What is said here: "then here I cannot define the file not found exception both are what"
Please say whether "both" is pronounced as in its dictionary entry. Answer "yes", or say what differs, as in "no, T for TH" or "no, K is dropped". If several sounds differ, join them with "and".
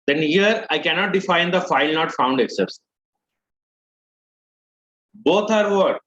no, T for TH